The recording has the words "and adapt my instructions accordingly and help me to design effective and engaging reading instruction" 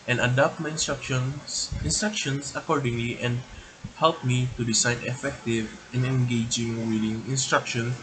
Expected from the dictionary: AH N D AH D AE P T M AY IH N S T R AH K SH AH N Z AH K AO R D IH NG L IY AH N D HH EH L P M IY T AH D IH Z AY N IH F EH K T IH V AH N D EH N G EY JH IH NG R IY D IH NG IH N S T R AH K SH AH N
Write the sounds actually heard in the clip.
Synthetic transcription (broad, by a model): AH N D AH D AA P T M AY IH N S T R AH K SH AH N S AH K AO R D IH NG L IY AH N D HH EH L P M IY T AH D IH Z AY N IH F EH K T IH V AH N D EH N G EY JH IH NG W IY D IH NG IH N S T R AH K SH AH N